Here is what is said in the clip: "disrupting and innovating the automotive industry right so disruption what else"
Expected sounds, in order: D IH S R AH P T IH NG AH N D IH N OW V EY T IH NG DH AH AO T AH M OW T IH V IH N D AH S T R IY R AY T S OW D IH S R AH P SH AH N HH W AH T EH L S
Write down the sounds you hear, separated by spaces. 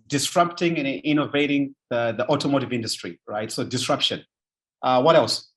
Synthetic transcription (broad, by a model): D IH S R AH P T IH NG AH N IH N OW V EY T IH NG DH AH AO T AH M OW T IH V IH N D AH S T R IY R AY T S OW D IH S R AH P SH AH N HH W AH T EH L S